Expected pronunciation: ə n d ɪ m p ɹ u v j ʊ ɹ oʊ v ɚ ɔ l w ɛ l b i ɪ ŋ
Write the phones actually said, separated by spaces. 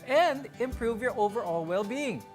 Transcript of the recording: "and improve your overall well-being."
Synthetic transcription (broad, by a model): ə n d ɪ m p ɹ u v j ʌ ɹ oʊ v ɚ ɔ l w ɛ l b i ɪ ŋ